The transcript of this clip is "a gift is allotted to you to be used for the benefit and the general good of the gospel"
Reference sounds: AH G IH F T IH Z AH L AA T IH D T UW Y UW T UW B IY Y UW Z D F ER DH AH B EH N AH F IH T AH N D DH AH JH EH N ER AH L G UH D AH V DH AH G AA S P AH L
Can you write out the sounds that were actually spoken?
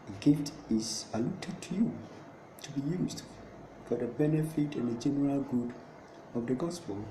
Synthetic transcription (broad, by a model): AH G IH T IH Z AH L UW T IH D T UW Y UW T UW B IY Y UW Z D F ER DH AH B EH N AH F IH T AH N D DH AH JH EH N ER AH L G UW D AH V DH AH G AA S P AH L